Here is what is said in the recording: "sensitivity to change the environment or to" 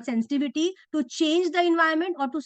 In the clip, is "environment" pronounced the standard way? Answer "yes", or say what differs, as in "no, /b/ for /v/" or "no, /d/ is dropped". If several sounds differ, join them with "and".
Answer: no, /ɹ/ is dropped